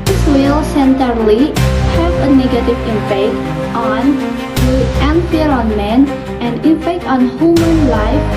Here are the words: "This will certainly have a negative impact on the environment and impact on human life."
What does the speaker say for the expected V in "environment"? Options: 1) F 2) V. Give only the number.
1